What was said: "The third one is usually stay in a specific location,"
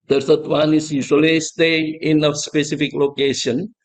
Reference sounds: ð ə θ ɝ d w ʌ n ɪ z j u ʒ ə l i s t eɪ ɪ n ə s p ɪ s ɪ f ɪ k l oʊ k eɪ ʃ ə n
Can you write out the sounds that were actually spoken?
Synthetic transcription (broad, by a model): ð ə s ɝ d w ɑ n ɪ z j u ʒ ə l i s t eɪ ɪ n ə s p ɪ s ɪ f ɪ k l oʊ k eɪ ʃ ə n